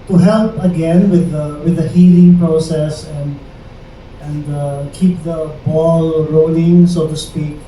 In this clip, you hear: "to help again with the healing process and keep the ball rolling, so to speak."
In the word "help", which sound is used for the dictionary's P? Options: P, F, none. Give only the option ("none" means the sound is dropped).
P